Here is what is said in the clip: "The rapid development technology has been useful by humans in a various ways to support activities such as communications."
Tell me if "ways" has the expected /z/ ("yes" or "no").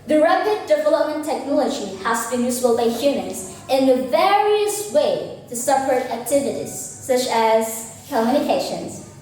no